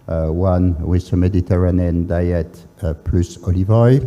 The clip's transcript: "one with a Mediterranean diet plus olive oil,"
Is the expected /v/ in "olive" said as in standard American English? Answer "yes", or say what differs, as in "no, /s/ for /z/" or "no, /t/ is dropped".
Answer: yes